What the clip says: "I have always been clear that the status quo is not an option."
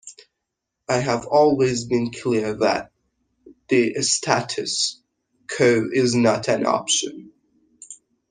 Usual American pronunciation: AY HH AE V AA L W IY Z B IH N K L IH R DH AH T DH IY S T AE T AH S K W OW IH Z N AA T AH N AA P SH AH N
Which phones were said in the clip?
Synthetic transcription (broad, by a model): AY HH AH V AA L W IY Z B IH N K L IH R DH AH T DH IY S T AE T AH S K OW IH Z N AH T AH N AA P SH AH N